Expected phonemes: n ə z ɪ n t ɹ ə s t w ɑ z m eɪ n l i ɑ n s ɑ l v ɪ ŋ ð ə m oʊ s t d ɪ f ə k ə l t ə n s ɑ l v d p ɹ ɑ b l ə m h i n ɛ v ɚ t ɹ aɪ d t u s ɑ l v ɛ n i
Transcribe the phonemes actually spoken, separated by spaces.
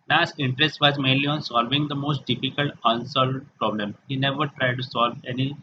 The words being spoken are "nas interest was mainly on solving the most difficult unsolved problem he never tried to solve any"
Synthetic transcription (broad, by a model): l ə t ɪ n t ɹ ə s t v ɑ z m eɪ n l i ɑ n s ɑ l v ɪ ŋ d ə m oʊ s t d ɪ f ə k ə l t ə n s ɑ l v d p ɹ ɑ b l ə m h i n ɛ v ɚ t ɹ aɪ d t u s ɑ l v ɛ n i